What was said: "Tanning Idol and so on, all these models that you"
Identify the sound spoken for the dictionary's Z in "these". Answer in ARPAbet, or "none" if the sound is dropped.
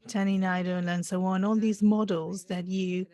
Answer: Z